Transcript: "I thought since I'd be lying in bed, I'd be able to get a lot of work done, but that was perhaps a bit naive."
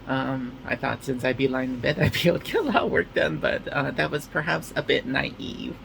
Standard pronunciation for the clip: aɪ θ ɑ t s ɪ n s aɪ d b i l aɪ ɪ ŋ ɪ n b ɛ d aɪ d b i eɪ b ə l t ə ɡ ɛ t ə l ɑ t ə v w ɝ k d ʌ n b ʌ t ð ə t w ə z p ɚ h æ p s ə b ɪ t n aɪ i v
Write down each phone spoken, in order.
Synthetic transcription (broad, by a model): aɪ θ ɑ t s ɪ n s aɪ d b i l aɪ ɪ ɪ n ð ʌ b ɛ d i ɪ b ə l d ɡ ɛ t ə l ɑ t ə w ɝ k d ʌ n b ʌ t ð ə t w ə z p ɚ h æ p s ə b ɪ t n aɪ i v